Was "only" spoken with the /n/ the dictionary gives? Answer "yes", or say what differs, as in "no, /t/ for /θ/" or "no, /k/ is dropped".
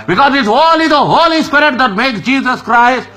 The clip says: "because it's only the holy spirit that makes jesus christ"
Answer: no, /n/ is dropped